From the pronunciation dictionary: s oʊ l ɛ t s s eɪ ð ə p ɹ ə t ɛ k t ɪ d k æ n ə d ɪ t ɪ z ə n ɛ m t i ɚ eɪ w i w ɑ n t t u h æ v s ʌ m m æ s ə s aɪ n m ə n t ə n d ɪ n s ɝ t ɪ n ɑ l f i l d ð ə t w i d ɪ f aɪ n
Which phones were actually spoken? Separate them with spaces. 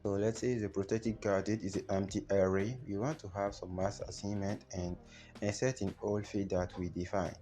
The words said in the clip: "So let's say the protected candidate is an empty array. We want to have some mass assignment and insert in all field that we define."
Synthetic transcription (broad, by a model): s oʊ l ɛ t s s eɪ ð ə p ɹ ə t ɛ k t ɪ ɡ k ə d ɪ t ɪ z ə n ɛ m t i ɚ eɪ w i w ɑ n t t u h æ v s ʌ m m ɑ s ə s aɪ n m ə n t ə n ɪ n s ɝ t ɪ n ɑ l f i d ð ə t w i d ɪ f aɪ n